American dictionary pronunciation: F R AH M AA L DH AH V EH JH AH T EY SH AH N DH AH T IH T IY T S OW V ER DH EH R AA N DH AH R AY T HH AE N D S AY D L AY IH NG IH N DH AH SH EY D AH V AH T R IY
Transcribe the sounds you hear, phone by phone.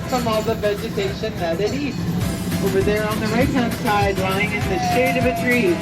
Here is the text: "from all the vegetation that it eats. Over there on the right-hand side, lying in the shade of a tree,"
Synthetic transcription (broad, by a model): F R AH M AA L DH AH V EH JH AH T EY SH AH N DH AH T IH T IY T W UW W ER DH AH R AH N DH AH R AY T HH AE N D S AY D L AY IH NG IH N DH AH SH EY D AH V AH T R IY